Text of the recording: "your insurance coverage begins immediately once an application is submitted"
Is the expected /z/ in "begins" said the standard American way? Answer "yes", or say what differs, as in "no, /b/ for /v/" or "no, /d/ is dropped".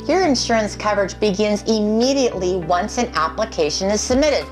yes